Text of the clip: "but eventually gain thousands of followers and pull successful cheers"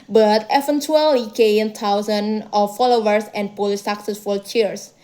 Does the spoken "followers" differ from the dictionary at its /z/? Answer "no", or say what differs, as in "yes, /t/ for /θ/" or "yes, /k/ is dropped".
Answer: yes, /s/ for /z/